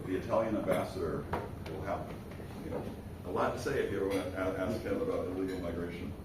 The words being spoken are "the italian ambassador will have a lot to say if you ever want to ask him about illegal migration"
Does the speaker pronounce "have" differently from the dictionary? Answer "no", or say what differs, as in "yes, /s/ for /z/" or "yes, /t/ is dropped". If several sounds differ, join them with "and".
yes, /p/ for /v/